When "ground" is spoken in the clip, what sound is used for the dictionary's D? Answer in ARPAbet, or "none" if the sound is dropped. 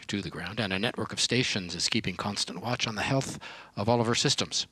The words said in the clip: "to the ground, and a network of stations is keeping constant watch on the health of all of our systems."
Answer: D